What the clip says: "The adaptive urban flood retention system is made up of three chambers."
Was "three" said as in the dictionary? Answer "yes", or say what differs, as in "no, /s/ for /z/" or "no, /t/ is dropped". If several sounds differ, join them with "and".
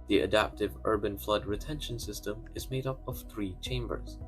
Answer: yes